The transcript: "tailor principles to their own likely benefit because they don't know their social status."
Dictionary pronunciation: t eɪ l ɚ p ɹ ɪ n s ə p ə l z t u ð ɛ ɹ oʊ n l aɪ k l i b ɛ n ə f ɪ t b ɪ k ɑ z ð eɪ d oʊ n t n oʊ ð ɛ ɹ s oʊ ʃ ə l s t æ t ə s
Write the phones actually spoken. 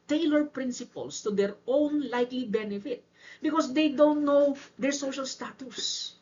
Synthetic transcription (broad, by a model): t eɪ l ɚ p ɹ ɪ n s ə p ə l s t u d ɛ ɹ oʊ n l aɪ k l i b ɛ n ə f ɪ t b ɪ k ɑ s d eɪ d oʊ n t n oʊ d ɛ ɹ s oʊ ʃ ə l s t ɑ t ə s